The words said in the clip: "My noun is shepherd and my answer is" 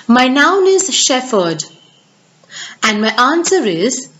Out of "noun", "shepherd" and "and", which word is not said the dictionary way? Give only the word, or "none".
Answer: shepherd